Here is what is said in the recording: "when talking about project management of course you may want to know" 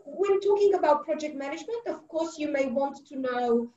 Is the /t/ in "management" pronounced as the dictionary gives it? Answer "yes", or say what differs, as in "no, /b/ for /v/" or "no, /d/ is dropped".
yes